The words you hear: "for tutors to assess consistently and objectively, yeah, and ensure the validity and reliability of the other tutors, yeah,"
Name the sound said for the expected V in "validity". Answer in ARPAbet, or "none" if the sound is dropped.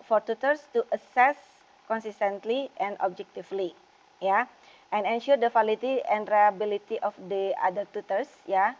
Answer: F